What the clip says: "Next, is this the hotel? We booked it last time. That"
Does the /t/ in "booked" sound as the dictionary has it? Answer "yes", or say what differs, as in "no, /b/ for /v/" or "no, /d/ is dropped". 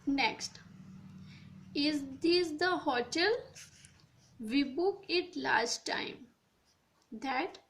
no, /t/ is dropped